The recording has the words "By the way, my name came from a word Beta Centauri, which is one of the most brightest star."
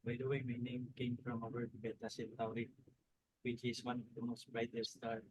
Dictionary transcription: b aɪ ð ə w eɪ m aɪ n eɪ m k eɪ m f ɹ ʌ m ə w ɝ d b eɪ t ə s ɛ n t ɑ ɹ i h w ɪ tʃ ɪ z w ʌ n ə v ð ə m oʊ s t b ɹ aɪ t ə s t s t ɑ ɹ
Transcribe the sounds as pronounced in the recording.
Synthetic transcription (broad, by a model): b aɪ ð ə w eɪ m aɪ n eɪ m k eɪ m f ɹ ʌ m ə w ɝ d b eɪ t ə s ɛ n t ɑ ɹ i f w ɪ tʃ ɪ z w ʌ n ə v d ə m oʊ s t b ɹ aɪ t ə t s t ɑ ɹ